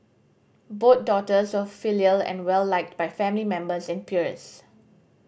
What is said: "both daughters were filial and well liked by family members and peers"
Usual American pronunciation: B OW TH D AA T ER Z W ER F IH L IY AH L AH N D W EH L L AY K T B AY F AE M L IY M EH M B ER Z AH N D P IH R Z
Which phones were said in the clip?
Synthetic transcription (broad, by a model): B OW T D AA T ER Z W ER F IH L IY AH L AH N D W EH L L AY K T B AY F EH M L IY M EH M B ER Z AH N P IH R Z